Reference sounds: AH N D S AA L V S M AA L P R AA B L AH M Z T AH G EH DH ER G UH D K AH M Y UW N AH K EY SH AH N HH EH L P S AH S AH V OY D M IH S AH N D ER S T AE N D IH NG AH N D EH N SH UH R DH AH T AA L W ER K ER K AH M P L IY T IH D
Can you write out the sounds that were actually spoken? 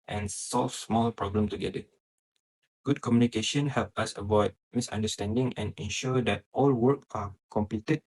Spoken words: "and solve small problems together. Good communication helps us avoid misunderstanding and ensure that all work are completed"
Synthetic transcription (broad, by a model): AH N S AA L F S M AA L P R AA B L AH M T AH G EH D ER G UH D K AH M Y UW N AH K EY SH AH N HH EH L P AH S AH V OY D M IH S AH N D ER S T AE N D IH NG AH N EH N SH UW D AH T AA L W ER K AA K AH M P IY T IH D